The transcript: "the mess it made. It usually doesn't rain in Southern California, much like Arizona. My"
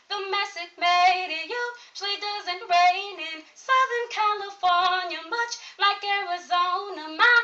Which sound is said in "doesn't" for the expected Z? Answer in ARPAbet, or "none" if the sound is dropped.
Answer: Z